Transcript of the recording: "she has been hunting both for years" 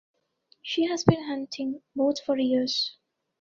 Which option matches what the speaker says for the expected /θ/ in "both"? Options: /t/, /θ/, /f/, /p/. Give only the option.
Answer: /t/